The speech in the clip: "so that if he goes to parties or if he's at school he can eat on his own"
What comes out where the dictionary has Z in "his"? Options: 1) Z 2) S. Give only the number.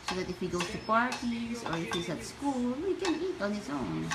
2